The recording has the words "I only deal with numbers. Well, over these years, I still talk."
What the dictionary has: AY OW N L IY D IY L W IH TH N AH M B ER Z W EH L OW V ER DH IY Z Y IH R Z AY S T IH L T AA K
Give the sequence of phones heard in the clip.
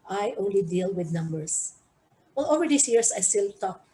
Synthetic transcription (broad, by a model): AY OW N L IY D IY L W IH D N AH M B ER S W EH L OW V ER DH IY S Y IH R S AY S T IH L T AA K